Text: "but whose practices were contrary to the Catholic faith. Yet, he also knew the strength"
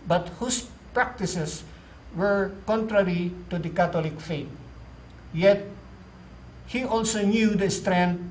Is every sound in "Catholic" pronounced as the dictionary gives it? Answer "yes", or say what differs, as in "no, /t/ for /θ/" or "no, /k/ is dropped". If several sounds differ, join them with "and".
no, /t/ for /θ/